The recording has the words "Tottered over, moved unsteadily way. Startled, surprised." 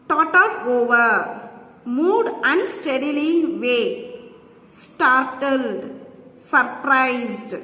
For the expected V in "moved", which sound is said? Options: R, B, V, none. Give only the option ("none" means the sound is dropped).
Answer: none